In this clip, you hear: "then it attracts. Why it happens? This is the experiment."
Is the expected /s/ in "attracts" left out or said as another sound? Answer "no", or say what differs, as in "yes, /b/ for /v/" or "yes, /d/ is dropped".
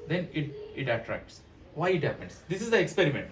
no